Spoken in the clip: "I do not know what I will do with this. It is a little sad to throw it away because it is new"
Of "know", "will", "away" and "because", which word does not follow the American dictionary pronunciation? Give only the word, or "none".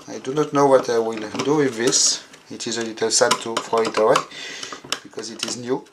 none